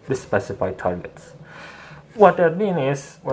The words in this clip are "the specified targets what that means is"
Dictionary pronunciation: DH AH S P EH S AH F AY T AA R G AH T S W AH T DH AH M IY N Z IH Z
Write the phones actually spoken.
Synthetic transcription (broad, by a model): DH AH S P EH S AH F AY T AA R G AH T S W AH T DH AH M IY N IH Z